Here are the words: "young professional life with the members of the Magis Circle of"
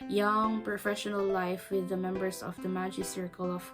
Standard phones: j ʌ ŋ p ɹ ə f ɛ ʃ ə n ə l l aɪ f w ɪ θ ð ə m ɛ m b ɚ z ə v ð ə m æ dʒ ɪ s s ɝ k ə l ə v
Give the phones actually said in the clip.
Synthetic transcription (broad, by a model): j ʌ ŋ p ɹ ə f ɛ ʃ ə n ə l l aɪ f w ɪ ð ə m ɛ m b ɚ s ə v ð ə m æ dʒ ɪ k s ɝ k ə l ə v